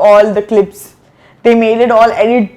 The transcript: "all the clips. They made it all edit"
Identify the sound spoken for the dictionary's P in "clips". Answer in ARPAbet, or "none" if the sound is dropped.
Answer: P